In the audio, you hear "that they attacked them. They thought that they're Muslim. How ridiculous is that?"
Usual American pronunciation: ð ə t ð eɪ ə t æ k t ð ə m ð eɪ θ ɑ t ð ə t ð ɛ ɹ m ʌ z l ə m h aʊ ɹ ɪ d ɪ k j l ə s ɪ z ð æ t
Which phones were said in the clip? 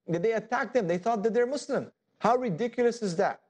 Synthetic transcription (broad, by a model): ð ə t ð eɪ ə t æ k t ð ə m ð eɪ θ ɑ t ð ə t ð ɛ ɹ m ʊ s l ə m h aʊ ɹ ɪ d ɪ k j l ə s ɪ z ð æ t